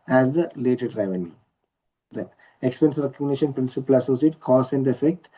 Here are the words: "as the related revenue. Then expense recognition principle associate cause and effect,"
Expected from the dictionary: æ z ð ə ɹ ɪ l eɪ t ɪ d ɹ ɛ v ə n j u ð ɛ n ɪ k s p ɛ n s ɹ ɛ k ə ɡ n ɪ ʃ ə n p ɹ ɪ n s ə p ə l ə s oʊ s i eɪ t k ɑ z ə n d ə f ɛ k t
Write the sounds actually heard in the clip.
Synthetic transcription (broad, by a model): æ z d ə l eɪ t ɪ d ɹ ɛ v ə n j u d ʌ ɪ k s p ɛ n s ɹ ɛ k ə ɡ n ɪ ʃ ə n p ɹ ɪ n s ə p ə l ə s oʊ s i eɪ t k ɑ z ə n d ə f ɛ k t